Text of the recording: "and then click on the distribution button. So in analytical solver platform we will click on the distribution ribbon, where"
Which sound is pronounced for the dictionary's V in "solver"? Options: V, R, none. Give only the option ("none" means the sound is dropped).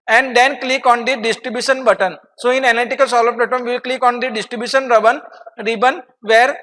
none